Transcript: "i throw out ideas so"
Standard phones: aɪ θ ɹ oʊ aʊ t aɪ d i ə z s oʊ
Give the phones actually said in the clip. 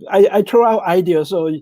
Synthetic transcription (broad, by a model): aɪ t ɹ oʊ aʊ t aɪ d i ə s oʊ